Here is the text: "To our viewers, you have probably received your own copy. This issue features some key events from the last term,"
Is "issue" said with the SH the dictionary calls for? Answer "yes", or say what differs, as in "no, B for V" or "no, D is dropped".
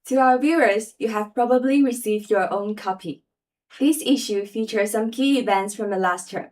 yes